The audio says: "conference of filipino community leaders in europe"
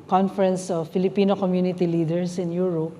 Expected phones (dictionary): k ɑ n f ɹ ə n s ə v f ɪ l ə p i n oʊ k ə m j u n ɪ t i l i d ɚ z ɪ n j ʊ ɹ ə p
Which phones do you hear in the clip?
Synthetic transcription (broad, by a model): k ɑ n f ɹ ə n s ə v f ɪ l ə p i n oʊ k ə m j u n ɪ t i l i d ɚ s ɪ n j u ɹ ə p